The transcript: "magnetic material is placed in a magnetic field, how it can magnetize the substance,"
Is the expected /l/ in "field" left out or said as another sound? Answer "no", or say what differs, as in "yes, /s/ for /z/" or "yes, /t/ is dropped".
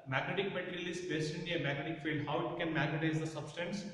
no